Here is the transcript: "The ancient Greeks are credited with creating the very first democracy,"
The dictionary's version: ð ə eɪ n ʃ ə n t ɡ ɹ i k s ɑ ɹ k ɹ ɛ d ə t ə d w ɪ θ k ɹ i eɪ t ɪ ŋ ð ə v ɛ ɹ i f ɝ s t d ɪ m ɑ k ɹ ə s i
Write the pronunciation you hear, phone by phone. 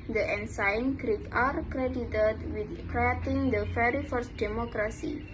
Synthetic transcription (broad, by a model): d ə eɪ n s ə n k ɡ ɹ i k ɑ ɹ k ɹ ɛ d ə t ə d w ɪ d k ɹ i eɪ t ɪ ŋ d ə f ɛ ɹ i f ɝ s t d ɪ m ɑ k ɹ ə s i